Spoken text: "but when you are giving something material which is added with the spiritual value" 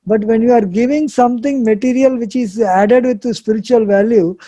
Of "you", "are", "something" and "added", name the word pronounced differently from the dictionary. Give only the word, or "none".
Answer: something